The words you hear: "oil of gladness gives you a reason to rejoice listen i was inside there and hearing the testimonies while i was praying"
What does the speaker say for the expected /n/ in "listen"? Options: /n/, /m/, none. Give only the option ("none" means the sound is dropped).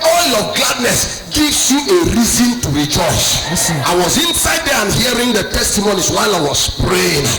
none